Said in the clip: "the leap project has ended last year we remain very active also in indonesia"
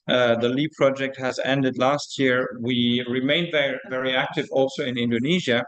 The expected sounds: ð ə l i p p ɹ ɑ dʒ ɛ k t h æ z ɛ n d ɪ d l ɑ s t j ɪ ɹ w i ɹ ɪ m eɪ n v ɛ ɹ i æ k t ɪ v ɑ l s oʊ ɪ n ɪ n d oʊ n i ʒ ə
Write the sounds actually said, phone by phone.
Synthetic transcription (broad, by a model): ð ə l i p p ɹ ɑ dʒ ɛ k t h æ z ɛ n d ɪ d l ɑ s t j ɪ ɹ w i ɹ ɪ m eɪ n v ɛ ɹ i æ k t ɪ v ɑ l s oʊ ɪ n ɪ n d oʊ n i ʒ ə